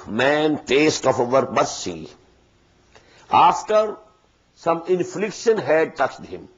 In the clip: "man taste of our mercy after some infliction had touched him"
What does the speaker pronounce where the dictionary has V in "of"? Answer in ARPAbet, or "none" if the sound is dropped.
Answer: F